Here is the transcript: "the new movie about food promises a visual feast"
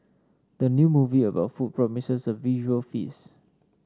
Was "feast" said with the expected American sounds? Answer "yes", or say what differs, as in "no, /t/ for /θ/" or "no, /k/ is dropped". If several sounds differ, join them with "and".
no, /t/ is dropped